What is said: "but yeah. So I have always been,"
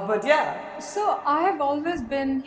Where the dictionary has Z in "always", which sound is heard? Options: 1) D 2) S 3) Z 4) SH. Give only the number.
3